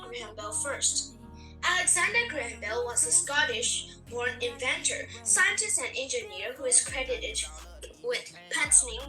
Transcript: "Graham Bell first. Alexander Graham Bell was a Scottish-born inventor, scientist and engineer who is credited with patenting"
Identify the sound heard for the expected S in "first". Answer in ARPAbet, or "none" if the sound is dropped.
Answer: S